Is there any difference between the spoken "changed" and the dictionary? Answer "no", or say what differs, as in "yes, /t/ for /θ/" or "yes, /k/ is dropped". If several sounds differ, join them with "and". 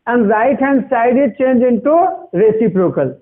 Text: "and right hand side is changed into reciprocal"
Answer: yes, /d/ is dropped